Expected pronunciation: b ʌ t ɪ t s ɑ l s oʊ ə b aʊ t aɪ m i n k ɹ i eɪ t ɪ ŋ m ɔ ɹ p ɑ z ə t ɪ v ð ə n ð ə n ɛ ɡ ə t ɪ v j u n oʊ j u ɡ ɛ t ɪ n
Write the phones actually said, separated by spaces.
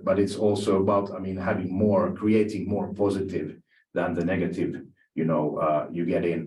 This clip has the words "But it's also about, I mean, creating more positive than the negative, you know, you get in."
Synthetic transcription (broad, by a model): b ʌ t ɪ t s ɑ l s oʊ ə b aʊ t aɪ m i n k ɹ i eɪ t ɪ ŋ m ɔ ɹ p ɑ z ə t ɪ v ð ə n ð ə n ɛ ɡ ə t ɪ v j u n oʊ j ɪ ɡ ɛ t ɪ n